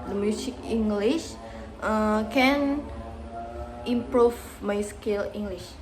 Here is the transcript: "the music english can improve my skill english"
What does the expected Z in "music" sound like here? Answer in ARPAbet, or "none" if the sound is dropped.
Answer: S